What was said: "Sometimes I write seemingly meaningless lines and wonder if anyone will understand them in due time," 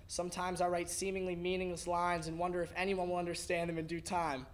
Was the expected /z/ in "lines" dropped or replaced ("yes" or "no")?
no